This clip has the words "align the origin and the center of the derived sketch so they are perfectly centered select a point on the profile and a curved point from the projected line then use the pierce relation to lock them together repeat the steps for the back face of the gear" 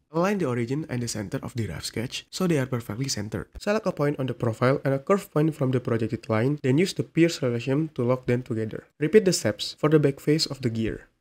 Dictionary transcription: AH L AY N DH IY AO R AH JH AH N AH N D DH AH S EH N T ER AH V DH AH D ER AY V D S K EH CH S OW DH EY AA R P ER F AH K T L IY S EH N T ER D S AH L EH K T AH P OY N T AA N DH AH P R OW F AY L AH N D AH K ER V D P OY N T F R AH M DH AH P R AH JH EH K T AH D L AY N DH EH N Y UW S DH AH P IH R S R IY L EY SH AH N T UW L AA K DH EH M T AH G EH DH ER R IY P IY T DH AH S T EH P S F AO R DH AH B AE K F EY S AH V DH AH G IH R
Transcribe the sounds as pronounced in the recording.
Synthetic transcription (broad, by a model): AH L AY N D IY AO R AH JH AH N AH N D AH S EH N T ER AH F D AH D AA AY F S K EH CH S OW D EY AA R P ER F AH K T L IY S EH N T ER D S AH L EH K AH P OY N T AA N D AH P R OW F AY L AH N AH K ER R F P OY N T F R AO M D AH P R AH JH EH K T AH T L AY N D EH N Y UW S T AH P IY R S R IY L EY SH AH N T UW L AA K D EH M T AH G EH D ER R IY P IY T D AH S T EH P S F AO R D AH B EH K F EY S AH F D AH G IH R